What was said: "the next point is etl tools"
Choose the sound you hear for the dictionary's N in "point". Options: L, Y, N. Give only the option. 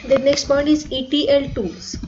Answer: N